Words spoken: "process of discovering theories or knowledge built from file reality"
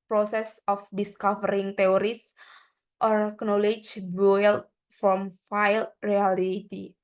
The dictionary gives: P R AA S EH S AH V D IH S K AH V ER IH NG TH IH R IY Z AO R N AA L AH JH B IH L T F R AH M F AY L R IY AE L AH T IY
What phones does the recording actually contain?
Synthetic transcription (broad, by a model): P R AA S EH S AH F D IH S K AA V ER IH NG T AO R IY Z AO R N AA L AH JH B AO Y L F R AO M F AY L R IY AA L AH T IY